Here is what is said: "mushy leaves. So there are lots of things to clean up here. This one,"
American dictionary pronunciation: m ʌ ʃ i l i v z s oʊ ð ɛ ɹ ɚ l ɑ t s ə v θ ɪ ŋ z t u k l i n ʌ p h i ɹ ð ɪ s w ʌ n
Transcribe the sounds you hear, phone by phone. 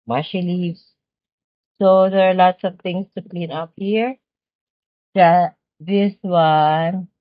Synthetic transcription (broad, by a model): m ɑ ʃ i l i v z s oʊ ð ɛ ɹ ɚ l ɑ t s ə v t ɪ ŋ s t u k l i n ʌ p h i ɹ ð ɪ s w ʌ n